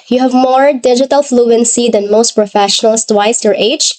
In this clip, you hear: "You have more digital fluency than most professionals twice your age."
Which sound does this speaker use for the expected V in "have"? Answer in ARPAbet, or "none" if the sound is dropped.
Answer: V